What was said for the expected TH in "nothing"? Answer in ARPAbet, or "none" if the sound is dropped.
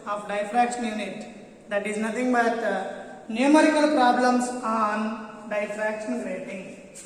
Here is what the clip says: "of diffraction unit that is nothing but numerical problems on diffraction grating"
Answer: T